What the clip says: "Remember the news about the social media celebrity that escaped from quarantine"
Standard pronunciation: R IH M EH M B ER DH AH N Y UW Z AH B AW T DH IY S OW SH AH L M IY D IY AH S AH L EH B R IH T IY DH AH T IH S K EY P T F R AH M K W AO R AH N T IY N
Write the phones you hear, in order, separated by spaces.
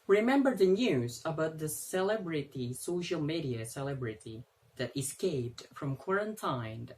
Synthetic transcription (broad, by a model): R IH M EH M B ER DH AH N Y UW Z AH B AW T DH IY S OW SH AH L M IY D IY AH S AH L EH B R IH T IY DH AH T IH S K EY P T F R AH M K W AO R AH N T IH N